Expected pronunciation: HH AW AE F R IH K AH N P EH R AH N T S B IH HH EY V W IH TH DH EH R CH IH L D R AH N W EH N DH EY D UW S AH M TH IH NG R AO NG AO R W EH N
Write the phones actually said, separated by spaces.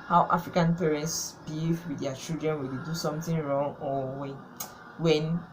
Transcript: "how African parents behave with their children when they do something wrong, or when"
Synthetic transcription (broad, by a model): HH AW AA F R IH K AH N P EH R AH N T S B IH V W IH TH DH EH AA CH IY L D R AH N W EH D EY D UW S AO M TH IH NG R AO NG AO W W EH N